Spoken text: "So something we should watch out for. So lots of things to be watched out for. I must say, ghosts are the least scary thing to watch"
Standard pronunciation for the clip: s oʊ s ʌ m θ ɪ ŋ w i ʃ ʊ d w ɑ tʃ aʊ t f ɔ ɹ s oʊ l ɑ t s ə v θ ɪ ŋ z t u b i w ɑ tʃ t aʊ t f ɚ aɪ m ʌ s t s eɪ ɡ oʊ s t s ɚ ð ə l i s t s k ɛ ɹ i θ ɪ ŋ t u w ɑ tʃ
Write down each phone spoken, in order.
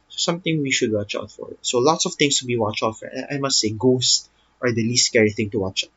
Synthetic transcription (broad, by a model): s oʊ s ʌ m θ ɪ ŋ w i ʃ ʊ d w ɑ tʃ aʊ t f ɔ ɹ s oʊ l ɑ t s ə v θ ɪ ŋ s t u b i w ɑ tʃ aʊ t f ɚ aɪ m ʌ s t s eɪ ɡ oʊ s t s ɚ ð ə l i s t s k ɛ ɹ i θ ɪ ŋ t u w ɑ tʃ